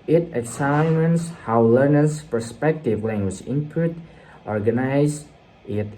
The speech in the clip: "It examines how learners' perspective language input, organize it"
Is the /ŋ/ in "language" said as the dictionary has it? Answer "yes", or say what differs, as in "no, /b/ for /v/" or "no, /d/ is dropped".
yes